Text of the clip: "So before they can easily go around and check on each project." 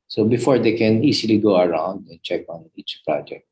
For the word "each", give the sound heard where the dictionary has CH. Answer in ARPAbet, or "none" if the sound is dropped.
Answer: CH